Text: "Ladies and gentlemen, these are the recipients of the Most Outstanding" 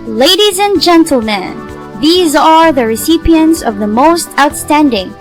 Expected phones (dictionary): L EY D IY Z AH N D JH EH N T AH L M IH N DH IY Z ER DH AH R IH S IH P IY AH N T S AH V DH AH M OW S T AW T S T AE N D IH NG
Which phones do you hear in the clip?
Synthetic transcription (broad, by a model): L EY D IY Z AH N JH EH N T L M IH N DH IY Z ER DH AH R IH S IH P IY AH N T S AH V DH AH M OW S T AW T S T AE N D IH NG